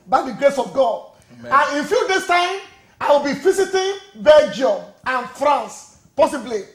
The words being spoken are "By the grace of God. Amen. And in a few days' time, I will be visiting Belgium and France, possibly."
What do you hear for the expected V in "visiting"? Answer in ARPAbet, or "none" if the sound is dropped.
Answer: F